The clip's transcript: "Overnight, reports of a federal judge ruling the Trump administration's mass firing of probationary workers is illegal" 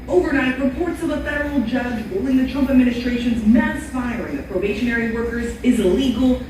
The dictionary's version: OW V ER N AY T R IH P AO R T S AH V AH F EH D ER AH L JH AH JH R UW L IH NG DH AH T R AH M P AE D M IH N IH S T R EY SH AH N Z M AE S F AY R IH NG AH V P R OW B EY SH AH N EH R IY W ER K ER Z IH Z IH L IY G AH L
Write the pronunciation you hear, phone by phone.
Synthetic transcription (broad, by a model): OW V ER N AY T R IH P AO R T S AH V AH F EH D ER L JH AH JH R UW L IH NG DH AH T R AH M P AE D M IH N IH S T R EY SH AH N Z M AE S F AY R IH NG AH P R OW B EY SH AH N EH R IY W ER K ER Z IH Z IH L IY G L